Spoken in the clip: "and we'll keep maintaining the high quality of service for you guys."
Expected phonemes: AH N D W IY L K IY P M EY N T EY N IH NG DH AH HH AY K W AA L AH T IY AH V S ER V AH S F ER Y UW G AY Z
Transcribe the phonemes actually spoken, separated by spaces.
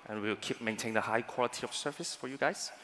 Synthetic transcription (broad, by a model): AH N W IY W K IY P M EY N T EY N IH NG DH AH HH AY K W AA L AH T IY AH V S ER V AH S F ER Y UW G AY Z